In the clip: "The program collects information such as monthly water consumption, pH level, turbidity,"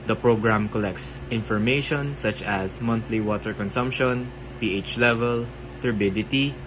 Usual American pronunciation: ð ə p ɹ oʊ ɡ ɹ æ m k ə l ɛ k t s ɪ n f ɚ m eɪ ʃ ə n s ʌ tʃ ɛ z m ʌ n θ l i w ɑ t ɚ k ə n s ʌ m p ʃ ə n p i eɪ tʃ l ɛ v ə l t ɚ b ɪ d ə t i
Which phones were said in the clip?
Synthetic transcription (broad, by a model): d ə p ɹ oʊ ɡ ɹ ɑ m k ə l ɛ k t s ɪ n f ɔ m eɪ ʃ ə n s ʌ tʃ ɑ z m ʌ n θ l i w ɑ t ɚ k ə n s ʌ m p ʃ ə n p i eɪ tʃ l ɛ v ə l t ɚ b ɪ d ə t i